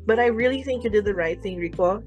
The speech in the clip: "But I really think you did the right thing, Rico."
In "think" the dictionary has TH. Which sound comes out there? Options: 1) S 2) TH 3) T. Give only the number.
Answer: 2